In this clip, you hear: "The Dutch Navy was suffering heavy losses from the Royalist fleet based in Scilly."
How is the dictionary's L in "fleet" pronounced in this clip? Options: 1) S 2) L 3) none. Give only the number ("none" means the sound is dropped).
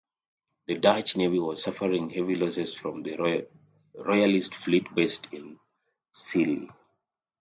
2